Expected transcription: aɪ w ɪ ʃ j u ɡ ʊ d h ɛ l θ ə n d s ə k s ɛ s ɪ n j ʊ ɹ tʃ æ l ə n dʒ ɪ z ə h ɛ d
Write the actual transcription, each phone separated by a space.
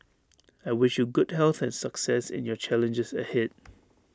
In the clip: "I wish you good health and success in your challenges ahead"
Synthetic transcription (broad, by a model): aɪ w ɪ ʃ j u ɡ ʊ d h ɛ l θ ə n s ə k s ɛ s ɪ n j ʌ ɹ tʃ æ l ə n dʒ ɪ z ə h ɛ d